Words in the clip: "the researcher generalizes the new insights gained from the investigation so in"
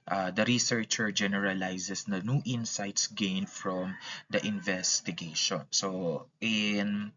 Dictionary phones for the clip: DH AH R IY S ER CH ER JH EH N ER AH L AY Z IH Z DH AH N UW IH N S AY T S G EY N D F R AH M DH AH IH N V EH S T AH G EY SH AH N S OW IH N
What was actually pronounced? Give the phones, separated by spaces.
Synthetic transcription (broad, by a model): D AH R IY S ER CH ER JH EH N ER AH L AY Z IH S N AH N UW IH N S AY T S G EY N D F R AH M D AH IH N V EH S T AH G EY SH AH N S OW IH N